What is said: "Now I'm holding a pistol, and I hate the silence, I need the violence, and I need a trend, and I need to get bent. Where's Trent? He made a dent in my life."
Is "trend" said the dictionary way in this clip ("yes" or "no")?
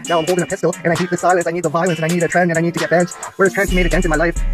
no